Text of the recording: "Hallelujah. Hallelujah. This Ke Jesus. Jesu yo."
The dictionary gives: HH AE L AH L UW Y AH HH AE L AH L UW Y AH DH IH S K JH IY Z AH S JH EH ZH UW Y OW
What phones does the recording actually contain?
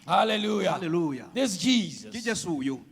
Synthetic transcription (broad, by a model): HH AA L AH L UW Y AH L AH L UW Y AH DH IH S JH IY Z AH JH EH S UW Y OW